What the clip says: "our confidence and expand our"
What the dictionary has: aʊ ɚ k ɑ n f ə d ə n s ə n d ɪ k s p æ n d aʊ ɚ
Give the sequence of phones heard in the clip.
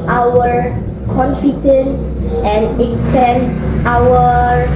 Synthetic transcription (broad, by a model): aʊ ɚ k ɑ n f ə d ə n ə n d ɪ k s p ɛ n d aʊ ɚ